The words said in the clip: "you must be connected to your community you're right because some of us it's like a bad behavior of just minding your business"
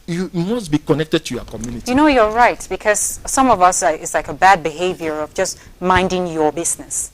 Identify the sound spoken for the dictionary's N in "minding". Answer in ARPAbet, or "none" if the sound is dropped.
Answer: N